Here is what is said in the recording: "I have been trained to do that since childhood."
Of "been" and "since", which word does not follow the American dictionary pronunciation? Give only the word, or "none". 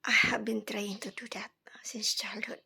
none